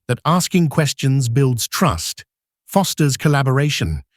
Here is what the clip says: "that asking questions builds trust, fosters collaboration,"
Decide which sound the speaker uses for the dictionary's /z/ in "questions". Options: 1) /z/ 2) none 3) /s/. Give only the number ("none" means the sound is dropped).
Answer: 1